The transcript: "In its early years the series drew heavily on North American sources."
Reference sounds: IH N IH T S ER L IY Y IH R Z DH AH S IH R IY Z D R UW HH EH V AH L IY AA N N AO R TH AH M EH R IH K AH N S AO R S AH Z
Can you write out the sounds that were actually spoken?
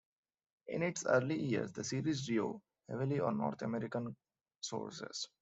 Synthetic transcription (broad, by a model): IH N IH T S ER L IY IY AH R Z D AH S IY R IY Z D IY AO HH EH V AH L IY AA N N AO R T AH M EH R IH K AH N S AO R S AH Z